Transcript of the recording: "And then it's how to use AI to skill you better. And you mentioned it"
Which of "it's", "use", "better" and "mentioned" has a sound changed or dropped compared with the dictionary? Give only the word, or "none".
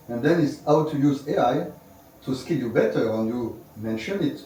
mentioned